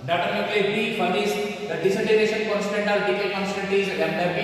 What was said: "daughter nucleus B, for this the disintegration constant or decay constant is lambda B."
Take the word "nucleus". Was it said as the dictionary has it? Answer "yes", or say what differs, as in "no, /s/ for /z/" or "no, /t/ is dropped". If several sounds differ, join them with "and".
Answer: no, /l/ is dropped